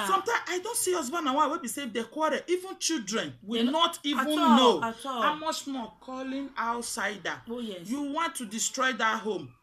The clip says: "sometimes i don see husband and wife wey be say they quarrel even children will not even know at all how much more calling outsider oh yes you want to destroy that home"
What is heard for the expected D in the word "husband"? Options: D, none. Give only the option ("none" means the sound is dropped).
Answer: none